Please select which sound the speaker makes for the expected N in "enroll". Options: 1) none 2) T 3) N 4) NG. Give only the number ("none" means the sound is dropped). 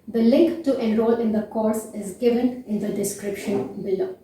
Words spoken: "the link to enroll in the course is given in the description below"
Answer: 1